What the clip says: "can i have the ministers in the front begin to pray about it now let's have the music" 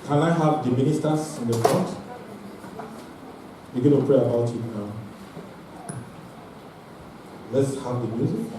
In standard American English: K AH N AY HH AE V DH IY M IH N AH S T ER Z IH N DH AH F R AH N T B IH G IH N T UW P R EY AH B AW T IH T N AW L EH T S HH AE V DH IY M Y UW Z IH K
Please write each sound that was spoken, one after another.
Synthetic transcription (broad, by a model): K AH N AY HH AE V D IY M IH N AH S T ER S IH N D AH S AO T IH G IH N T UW P R EY AH B AW T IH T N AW L EH T S HH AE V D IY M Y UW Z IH